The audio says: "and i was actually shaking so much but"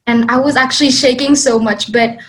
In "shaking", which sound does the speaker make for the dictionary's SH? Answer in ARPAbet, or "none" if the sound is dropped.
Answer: SH